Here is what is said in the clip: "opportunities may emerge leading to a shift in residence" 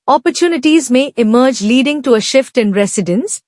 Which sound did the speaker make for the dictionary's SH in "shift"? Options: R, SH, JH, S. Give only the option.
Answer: SH